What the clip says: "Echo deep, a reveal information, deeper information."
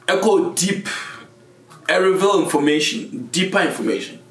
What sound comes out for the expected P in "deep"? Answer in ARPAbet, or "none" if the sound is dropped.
P